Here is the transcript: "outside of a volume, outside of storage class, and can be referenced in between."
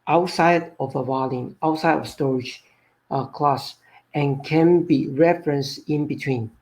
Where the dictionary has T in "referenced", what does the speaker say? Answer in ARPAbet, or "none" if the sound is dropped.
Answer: none